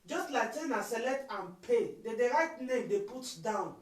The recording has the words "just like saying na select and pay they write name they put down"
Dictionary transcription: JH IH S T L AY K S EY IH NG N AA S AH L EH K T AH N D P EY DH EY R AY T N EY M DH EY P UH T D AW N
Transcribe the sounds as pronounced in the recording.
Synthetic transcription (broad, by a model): JH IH S T L AY K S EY N AA S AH L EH T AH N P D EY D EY R AY T N EY M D EY P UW T D AW N